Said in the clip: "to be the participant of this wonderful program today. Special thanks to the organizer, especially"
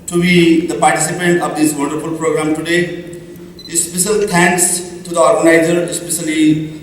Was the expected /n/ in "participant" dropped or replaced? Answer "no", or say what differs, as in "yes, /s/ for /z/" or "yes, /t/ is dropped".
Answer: no